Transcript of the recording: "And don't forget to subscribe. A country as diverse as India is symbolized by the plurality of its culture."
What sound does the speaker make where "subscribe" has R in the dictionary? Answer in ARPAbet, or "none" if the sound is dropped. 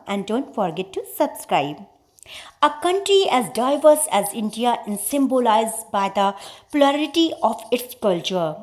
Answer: R